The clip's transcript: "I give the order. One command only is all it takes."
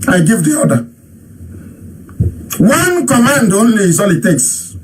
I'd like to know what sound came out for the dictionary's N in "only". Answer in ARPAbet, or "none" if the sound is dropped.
N